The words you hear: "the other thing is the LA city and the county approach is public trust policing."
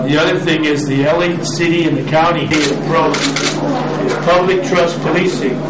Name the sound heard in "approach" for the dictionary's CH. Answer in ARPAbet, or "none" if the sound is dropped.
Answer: none